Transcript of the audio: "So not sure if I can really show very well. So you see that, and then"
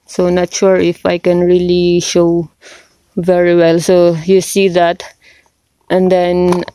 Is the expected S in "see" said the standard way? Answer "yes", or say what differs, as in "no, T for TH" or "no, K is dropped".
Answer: yes